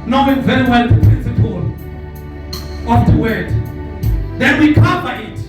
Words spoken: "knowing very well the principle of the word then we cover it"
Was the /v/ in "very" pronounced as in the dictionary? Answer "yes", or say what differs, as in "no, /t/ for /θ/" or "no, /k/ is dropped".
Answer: yes